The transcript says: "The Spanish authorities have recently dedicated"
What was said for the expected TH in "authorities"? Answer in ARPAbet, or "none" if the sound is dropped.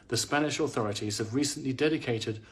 TH